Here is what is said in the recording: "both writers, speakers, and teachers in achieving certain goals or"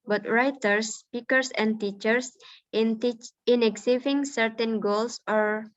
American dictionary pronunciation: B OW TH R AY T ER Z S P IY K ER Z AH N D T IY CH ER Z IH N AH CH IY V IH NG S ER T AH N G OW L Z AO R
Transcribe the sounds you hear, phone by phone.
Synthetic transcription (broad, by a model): B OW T R AY T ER S P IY K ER S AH N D T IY CH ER S IH N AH S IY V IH NG S ER T AH N G OW L S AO R